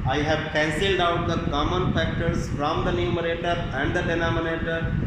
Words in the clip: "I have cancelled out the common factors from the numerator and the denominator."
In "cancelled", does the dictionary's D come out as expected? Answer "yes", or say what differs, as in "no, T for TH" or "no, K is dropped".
yes